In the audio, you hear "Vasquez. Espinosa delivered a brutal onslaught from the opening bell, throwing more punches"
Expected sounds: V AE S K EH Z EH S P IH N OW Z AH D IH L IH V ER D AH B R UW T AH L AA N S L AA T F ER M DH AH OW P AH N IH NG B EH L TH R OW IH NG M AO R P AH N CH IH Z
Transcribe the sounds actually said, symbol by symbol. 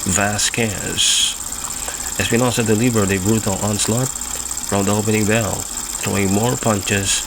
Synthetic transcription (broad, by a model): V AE S K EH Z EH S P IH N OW S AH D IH L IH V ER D AH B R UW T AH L AA N S L AA T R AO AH OW P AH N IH NG B EH L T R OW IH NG M AO R P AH N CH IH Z